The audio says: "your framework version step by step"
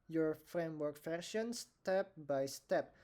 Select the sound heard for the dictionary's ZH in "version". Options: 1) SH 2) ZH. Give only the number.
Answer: 1